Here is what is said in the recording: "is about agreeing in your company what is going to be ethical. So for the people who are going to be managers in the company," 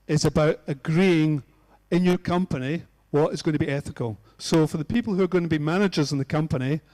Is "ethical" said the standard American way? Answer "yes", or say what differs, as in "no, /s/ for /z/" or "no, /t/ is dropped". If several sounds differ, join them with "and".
yes